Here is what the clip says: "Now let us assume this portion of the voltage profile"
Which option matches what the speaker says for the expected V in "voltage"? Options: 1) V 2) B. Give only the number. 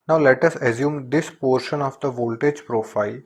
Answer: 1